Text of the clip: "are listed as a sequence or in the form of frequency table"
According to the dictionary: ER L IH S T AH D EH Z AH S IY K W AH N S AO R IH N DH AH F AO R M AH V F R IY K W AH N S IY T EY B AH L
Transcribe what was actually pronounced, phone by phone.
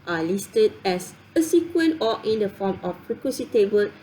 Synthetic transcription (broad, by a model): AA L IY S T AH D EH S AH S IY K W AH N AO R IH N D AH F AO M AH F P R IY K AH S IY T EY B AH L